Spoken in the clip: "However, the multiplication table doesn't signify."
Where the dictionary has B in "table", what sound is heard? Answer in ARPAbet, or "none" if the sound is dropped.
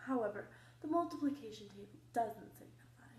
none